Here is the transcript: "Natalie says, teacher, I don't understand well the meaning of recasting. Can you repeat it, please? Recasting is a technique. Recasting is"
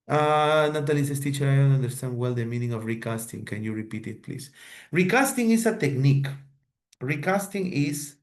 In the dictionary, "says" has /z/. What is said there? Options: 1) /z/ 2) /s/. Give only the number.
2